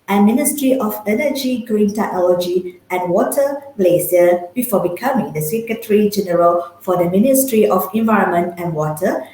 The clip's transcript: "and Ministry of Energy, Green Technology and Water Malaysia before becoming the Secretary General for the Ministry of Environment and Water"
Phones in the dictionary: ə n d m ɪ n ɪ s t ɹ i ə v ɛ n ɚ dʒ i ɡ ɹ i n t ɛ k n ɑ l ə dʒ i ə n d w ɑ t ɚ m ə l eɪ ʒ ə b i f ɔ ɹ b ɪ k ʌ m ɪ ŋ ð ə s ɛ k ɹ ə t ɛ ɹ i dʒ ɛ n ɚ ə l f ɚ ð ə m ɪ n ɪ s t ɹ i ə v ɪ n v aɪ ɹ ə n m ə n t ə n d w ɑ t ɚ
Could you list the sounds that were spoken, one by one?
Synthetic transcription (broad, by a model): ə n m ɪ n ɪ s t ɹ i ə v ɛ n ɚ dʒ i ɡ ɹ i n t ɛ k n ɑ l ə dʒ i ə n w ɑ t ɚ m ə l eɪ s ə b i f ɔ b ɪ k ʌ m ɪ ŋ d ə s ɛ k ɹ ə t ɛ ɹ i dʒ ɛ n ɚ ə l f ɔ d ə m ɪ n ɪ s t ɹ i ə f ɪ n v aɪ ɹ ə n m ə n t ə n w ɑ t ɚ